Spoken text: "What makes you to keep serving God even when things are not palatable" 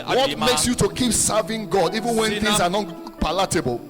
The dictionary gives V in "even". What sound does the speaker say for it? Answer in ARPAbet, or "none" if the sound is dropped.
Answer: V